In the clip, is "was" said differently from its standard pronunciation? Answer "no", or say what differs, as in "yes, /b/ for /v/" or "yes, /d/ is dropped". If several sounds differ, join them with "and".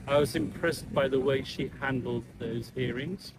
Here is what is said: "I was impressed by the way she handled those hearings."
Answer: no